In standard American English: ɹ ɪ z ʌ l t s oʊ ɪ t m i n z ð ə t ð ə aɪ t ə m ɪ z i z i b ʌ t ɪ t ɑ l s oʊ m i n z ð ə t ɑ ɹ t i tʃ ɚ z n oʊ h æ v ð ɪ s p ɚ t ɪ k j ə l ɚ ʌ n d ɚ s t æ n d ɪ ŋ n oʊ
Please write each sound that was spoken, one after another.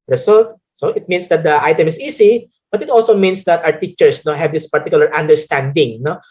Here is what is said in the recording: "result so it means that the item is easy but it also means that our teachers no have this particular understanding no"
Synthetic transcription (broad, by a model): ɹ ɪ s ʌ l t s oʊ ɪ t m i n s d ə t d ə aɪ t ə m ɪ s i s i b ʌ t ɪ t ɑ l s oʊ m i n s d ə t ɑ ɹ t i tʃ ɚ s n oʊ h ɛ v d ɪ s p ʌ t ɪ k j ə l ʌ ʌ n d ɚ s t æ n d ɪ ŋ n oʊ